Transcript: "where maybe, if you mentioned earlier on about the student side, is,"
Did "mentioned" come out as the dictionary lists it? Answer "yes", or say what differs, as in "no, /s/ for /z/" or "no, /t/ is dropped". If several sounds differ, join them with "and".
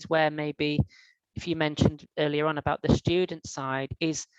yes